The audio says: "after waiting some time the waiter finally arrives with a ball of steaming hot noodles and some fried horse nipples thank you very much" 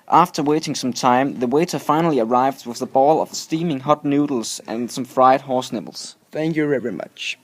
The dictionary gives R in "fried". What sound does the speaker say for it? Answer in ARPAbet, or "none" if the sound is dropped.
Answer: R